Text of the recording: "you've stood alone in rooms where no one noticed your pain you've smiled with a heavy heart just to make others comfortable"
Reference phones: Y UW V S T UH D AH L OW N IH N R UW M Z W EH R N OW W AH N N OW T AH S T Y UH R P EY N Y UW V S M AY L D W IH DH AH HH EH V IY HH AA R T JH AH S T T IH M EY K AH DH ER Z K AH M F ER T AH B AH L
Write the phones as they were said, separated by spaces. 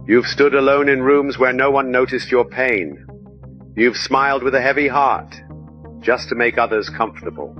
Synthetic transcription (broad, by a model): Y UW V S T UH D AH L OW N IH N R UW M Z W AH R N OW W AH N N OW T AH S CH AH R P EY N Y UW V S M AY L D W IH DH AH HH EH V IY HH AA R T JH AH S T T IH M EY K AH DH ER Z K AH M F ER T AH B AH L